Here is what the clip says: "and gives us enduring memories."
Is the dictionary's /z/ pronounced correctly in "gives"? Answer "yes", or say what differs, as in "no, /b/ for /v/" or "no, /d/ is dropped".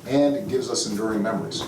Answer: yes